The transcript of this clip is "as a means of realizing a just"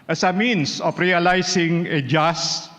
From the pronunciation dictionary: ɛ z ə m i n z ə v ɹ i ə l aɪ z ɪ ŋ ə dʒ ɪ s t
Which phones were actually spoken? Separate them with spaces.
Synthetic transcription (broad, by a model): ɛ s ə m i n s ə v ɹ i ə l aɪ s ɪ ŋ ə dʒ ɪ s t